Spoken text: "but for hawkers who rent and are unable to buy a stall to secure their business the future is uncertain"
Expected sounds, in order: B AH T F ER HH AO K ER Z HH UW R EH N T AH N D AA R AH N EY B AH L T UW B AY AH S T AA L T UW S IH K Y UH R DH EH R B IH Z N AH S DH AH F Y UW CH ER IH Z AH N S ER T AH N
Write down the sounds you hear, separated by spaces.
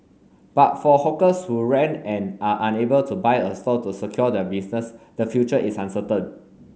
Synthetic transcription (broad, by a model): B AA T F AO HH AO K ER S HH UW R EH N AH N AA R AH N EY B AH L T UW B AY AH S T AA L T UW S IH K Y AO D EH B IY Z N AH S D AH F Y UW CH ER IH S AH N S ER T AH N